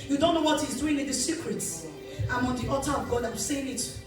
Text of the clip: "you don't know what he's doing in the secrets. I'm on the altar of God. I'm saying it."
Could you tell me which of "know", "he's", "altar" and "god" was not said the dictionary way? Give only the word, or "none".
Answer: altar